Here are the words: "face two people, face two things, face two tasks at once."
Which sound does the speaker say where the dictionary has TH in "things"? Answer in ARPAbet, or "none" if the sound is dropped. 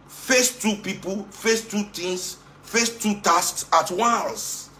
T